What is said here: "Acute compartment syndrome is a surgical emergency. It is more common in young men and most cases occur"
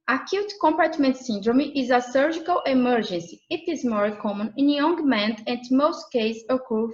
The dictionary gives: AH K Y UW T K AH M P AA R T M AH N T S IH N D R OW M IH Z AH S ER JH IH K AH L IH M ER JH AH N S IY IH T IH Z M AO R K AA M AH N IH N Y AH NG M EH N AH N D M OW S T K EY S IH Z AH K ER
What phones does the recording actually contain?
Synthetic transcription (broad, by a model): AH K Y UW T K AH M P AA R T M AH N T S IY N D R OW M IH Z AH S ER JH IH K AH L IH M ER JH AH N S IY IH T IH Z M AO R K AA M AH N IH N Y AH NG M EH N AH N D M OW S T K EY IH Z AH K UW